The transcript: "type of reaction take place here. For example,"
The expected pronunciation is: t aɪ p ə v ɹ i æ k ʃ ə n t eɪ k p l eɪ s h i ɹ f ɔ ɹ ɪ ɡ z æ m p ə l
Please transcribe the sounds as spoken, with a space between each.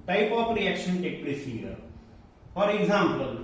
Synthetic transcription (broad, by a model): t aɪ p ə p ɹ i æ k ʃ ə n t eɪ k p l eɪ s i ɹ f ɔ ɹ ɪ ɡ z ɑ m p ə l